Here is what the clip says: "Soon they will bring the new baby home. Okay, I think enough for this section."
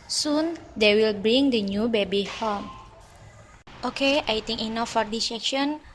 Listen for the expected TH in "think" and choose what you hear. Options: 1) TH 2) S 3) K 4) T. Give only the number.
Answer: 4